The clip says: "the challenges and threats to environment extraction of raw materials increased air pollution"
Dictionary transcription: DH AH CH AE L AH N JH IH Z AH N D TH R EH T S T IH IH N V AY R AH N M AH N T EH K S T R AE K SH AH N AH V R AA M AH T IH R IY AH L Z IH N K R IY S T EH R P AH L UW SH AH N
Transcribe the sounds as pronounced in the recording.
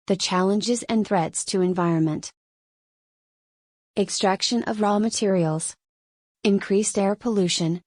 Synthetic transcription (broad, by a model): DH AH CH AE L AH N JH IH Z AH N TH R EH T S T IH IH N V AY R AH N M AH N T EH K S T R AE K SH AH N AH V R AA M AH T IH R IY L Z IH N K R IY S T EH R P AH L UW SH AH N